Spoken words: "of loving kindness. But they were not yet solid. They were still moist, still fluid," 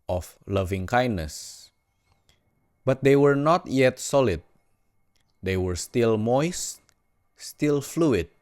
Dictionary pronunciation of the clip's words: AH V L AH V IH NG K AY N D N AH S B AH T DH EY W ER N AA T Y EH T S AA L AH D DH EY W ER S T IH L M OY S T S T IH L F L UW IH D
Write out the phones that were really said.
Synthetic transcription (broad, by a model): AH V L AH V IH NG K AY N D N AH S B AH T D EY W ER N AA T Y EH T S AA L AH D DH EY W ER S T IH L M OY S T S T IH L F L UW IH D